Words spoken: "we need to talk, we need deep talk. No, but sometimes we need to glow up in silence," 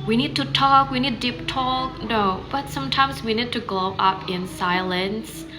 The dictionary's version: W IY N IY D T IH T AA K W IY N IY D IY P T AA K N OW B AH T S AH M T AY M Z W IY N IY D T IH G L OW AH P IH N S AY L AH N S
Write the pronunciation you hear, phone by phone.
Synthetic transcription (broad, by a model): W IY N IY D T IH T AA K W IY N IY D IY P T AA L N OW B AH T S AH M T AY M Z W IY N IY D T IH G L OW AH P IH N S AY L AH N S